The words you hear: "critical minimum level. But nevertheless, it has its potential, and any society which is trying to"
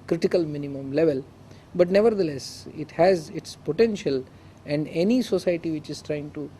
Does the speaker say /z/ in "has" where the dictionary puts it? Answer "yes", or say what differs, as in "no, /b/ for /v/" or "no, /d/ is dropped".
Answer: yes